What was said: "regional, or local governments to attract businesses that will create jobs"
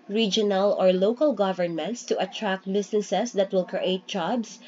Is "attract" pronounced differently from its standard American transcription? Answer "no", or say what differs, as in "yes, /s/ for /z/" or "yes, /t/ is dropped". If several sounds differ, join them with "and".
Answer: no